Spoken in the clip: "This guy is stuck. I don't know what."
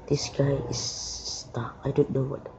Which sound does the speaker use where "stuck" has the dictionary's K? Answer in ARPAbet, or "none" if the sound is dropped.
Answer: none